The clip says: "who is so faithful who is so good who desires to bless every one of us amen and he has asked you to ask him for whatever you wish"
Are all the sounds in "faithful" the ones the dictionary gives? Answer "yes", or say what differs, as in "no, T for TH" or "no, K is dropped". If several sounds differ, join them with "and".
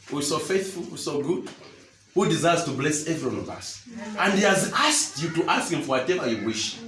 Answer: yes